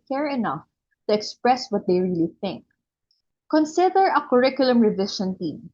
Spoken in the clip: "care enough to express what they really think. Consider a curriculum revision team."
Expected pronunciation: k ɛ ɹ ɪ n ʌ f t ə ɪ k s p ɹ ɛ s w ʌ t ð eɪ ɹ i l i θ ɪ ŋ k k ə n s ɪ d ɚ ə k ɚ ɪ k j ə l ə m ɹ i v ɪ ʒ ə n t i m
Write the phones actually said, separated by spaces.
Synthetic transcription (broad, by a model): k ɛ ɹ ɪ n ʌ f t ə ɪ k s p ɹ ɛ s w ʌ t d eɪ ɹ i l i θ ɪ ŋ k k ə n s ɪ d ɚ ə k ɚ ɪ k j ə l ə m ɹ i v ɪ ʃ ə n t i m